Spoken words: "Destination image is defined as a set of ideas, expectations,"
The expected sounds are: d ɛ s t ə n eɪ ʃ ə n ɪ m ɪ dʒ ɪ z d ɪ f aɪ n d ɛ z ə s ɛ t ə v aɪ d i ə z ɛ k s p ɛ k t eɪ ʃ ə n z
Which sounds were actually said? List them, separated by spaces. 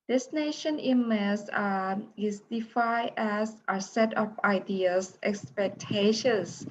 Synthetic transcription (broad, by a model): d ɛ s n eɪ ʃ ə n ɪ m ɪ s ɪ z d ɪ f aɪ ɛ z ə s ɛ t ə p aɪ d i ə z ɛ k s p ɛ k t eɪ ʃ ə n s